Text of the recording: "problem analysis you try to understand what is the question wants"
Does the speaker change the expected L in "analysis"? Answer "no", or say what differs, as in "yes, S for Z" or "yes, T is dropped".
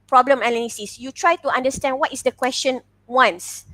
yes, N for L